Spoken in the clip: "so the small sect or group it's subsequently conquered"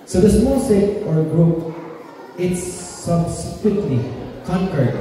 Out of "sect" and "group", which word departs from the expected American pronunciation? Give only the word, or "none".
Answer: sect